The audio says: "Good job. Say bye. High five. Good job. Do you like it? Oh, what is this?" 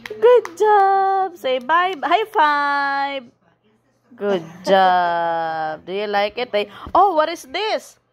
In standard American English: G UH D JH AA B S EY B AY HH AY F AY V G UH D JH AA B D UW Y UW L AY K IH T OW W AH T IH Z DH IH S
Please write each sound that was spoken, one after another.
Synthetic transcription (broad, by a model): G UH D JH AA B S EY B AY HH AY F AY B G UH D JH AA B D UW Y UW L AY K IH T OW W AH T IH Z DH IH S